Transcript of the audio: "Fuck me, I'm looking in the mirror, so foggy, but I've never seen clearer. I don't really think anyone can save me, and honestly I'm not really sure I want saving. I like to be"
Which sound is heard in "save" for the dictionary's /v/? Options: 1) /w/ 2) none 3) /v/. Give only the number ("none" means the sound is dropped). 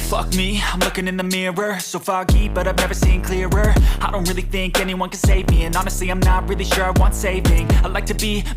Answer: 3